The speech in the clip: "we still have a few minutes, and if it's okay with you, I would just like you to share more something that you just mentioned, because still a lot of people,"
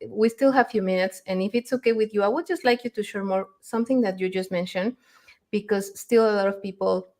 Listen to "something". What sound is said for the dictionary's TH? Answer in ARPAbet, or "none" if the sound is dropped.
TH